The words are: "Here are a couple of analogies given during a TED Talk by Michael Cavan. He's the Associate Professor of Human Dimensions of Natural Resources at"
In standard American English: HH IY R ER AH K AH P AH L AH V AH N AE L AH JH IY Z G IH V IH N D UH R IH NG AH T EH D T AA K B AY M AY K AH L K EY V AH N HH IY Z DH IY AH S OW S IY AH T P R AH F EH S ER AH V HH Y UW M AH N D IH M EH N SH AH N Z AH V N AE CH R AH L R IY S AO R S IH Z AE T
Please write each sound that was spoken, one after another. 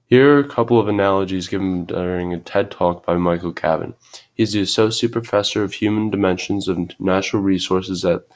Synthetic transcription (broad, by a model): HH IY R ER AH K AH P L AH V AH N AE L AH JH IY Z G IH V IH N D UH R IH NG AH T EH D T AA K B AY M AY K L K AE B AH N HH IY Z DH IY AH S OW S IY AH T P R AH F EH S ER AH V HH Y UW M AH N D IH M EH N SH AH N Z AH V N AE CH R L R IY S AO R S IH Z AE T